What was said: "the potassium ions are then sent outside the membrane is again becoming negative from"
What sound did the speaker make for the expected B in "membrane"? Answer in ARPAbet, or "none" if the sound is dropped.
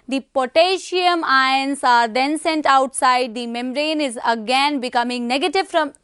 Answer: none